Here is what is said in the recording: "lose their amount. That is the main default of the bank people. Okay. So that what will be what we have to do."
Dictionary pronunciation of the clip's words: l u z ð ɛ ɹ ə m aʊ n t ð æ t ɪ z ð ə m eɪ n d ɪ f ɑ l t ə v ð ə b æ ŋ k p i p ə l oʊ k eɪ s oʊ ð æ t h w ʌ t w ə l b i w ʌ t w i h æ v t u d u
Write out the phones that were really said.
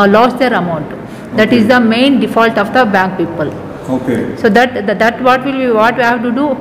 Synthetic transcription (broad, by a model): l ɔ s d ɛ ɹ ə m aʊ n t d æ t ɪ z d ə m eɪ n d ɪ f ɑ l t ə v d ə b æ ŋ k p i p ə l oʊ k eɪ s oʊ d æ t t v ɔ t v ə l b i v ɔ t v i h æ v t u d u